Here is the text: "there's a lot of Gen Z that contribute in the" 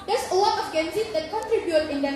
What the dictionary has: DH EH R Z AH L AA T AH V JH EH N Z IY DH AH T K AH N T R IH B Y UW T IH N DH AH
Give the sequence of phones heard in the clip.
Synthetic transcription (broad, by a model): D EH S AH W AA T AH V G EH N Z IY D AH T K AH N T R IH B Y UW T IH N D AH